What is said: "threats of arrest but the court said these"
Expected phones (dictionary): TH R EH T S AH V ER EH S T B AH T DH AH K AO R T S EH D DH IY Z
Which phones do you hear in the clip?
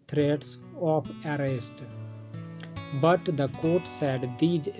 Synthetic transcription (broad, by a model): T R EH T S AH P ER EH S T B AH T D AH K AO R T S EH D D IY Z